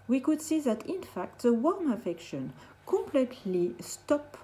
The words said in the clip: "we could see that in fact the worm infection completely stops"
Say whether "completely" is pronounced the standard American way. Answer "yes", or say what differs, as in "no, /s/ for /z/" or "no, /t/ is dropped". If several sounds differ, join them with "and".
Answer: yes